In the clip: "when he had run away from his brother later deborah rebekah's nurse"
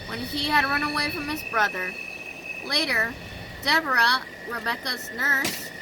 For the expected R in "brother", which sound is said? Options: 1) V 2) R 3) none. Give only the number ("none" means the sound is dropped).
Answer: 2